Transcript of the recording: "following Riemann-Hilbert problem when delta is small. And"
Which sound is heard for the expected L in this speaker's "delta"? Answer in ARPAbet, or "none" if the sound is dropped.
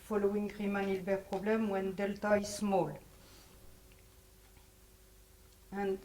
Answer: L